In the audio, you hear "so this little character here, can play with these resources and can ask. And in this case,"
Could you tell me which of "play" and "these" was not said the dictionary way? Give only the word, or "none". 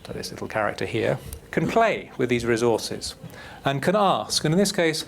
none